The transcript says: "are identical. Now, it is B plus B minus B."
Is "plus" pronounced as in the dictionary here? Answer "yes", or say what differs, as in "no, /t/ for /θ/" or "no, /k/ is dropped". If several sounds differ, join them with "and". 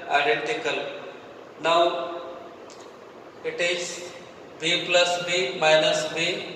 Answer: yes